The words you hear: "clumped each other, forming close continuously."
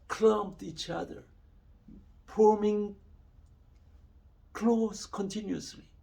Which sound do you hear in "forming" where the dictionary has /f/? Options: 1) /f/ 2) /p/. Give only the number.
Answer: 2